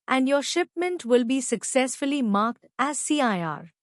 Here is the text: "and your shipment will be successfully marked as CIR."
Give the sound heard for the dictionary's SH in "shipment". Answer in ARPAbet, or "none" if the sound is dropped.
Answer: SH